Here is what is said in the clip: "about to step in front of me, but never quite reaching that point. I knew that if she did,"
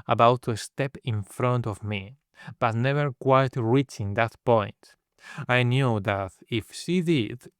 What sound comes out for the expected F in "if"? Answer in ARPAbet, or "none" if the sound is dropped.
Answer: F